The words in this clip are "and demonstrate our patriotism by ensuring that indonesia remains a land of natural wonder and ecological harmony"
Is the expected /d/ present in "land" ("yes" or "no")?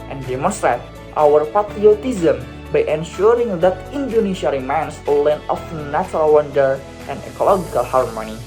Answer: no